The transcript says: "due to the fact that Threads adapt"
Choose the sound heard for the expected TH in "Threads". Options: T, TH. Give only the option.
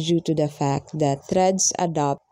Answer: T